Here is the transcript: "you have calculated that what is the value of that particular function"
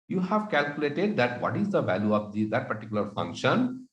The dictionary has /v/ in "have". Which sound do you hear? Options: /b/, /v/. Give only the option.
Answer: /v/